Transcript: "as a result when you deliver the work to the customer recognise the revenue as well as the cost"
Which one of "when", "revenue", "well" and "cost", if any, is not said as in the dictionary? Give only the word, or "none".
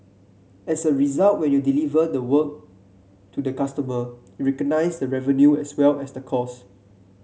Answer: cost